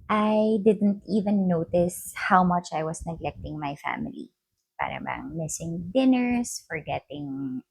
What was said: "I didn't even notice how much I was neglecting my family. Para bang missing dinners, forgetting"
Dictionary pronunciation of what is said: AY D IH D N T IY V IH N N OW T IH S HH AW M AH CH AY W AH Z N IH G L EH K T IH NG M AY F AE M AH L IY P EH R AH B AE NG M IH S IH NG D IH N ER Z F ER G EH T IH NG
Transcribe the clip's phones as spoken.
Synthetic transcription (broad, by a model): AY D IH D N T IY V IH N N OW T IH S HH AW M AH CH AY W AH S N IH G L EH K T IH NG M AY F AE M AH L IY P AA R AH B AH NG M IH S IH NG D IH N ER S F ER G EH T IH NG